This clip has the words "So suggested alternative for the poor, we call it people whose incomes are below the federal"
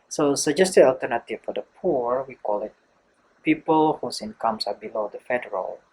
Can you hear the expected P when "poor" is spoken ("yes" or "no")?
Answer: yes